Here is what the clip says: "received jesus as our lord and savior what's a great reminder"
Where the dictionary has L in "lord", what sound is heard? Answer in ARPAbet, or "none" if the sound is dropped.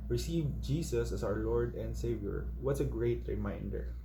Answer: L